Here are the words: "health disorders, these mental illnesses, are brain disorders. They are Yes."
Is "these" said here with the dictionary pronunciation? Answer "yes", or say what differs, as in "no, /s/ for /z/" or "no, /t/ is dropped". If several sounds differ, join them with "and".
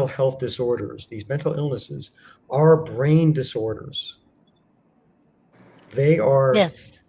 yes